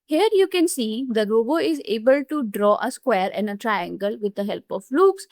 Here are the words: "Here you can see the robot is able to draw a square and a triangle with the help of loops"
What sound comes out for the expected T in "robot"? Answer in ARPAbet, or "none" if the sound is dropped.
none